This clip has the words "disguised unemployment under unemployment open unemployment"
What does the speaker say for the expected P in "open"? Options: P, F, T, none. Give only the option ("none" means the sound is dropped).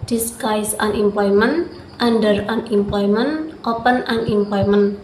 P